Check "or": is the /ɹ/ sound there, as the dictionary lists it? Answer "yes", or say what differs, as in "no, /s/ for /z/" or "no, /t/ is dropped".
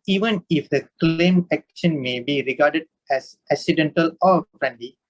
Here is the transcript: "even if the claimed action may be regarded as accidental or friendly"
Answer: yes